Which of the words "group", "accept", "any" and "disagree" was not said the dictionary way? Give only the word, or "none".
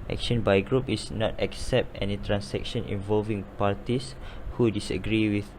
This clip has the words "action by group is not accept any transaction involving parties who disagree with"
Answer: none